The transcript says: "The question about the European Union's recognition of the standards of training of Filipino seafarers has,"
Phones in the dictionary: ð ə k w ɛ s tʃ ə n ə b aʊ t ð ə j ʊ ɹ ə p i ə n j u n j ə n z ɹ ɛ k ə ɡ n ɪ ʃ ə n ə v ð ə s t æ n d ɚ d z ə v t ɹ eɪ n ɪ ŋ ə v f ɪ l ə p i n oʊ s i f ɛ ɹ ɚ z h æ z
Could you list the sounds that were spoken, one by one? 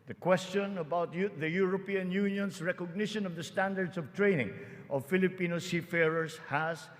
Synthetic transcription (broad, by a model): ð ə k w ɛ s tʃ ə n ə b aʊ t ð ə j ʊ ɹ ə p i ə n j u n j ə n s ɹ ɛ k ə ɡ n ɪ ʃ ə n ə v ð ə s t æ n d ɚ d s ə v t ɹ eɪ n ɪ ŋ ə v f ɪ l ə p i n oʊ s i f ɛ ɹ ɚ s h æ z